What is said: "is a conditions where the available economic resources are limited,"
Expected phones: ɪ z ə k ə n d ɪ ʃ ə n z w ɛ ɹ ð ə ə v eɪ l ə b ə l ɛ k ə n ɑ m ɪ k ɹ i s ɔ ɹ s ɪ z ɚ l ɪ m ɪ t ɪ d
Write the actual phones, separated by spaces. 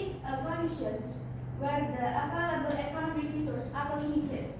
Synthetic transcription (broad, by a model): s ə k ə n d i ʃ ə n s w ɛ ɹ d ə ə f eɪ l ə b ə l ɛ k ə n ɑ m ɪ k ɹ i s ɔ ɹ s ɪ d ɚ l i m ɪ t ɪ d